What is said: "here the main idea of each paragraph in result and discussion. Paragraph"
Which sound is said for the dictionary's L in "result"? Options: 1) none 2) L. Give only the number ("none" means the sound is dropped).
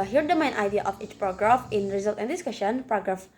2